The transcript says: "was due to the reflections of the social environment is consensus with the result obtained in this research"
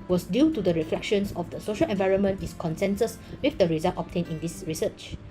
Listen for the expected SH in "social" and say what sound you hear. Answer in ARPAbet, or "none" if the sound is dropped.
SH